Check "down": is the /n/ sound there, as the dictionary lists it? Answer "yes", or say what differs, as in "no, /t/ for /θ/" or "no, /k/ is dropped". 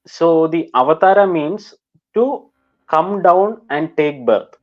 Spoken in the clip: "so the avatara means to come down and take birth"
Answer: yes